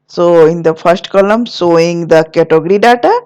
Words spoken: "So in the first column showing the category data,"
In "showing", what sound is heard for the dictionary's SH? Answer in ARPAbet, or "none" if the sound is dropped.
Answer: S